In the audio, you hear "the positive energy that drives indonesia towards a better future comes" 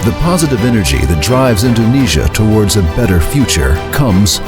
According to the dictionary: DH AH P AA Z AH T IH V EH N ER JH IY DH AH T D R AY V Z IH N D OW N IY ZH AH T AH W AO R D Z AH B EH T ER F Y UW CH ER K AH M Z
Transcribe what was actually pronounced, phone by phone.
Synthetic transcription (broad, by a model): DH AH P AA Z AH T IH V EH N ER JH IY DH AH T D R AY V Z IH N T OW N IY ZH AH T AH W AO R D Z AH B EH T ER F Y UW CH ER K AH M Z